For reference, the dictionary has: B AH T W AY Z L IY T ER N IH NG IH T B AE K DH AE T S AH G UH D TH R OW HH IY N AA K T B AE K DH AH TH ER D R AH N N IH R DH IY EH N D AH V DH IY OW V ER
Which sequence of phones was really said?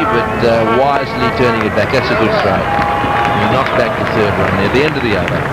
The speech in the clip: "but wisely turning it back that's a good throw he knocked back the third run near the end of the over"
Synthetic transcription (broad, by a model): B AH T W AY Z L IY T ER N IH NG IH T B AE K DH AE T S AH G UH D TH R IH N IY N AA K B AE K DH AH TH ER D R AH N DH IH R DH IY EH N D AH V DH IY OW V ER